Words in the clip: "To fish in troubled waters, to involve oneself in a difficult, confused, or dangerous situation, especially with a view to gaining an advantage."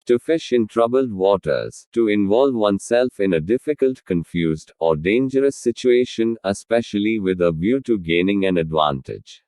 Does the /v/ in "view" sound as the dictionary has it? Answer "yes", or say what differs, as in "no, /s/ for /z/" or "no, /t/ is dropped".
no, /b/ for /v/